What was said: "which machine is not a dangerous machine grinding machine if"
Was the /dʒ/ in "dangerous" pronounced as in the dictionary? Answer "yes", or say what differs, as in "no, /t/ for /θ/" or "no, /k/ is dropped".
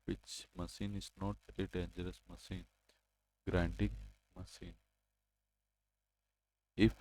yes